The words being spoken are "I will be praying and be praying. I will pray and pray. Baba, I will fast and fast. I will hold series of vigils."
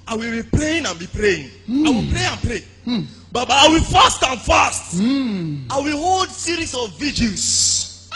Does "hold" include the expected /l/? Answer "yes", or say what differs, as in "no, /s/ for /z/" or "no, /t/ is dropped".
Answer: yes